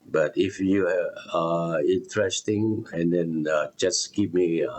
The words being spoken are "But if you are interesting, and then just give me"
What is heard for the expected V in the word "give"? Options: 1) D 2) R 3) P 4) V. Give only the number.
3